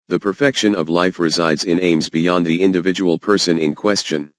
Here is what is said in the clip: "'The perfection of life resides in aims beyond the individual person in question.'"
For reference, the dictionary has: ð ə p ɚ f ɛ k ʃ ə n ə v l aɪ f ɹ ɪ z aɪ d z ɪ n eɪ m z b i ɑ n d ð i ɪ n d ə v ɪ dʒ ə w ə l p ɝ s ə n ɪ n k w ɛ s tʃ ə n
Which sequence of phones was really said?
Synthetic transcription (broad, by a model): ð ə p ɚ f ɛ k ʃ ə n ə v l aɪ f ɹ ɪ z aɪ d z ɪ n eɪ m z b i ɑ n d ð i ɪ n d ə v ɪ dʒ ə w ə l p ɝ s ə n ɪ n k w ɛ s tʃ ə n